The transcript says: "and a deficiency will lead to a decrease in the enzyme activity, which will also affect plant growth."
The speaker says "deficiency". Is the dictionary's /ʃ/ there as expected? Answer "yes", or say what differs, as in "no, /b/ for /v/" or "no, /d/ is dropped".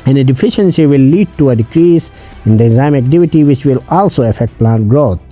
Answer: yes